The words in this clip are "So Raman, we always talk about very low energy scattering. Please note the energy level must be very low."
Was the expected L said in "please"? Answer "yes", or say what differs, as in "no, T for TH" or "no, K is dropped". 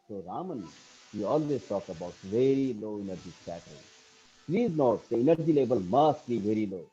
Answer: yes